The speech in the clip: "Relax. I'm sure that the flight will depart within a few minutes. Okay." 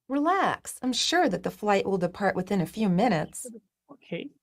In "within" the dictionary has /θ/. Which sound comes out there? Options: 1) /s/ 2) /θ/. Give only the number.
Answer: 2